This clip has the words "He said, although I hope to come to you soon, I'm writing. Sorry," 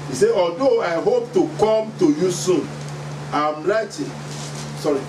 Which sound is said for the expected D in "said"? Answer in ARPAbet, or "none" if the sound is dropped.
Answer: none